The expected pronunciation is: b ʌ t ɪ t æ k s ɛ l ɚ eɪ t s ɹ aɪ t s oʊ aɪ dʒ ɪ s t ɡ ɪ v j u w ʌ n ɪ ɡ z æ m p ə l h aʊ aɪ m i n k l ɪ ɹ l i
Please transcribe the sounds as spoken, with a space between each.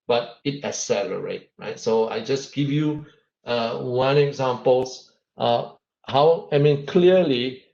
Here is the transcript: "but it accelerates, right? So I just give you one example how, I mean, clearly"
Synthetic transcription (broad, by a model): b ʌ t ɪ t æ s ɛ l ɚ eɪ t ɹ aɪ t s oʊ aɪ dʒ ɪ s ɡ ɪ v j u w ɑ n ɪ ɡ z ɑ m p ə l h aʊ aɪ m i n k l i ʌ l i